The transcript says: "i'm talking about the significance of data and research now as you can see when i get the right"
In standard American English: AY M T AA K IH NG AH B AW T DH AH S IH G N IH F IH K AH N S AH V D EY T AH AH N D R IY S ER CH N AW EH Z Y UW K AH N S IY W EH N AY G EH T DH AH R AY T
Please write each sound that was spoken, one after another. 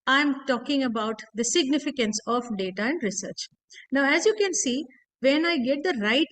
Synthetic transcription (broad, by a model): AY M T AA K IH NG AH B AW T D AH S IH G N IH F IH K AH N S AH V D EY T AH AH N D R IY S ER CH N AW EH Z Y UW K AH N S IY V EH N AY G EH T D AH R AY T